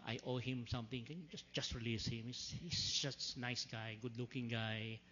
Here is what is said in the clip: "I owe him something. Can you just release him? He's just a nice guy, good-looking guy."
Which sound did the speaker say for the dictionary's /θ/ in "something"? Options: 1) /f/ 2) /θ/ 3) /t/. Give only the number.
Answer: 3